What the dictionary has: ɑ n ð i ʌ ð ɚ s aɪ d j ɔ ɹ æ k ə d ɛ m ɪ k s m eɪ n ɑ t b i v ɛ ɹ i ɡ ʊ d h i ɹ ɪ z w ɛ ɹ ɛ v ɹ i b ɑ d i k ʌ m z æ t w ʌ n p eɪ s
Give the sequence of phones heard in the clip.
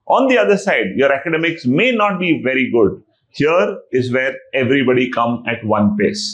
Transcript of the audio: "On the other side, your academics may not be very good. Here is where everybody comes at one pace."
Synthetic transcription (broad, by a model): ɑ n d i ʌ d ɚ s aɪ d j ɔ ɹ æ k ə d ɛ m ɪ k s m eɪ n ɑ t b i v ɛ ɹ i ɡ ʊ d h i ɹ ɪ z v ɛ ɹ ɛ v ɹ i b ɑ d i k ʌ m æ t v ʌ n p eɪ s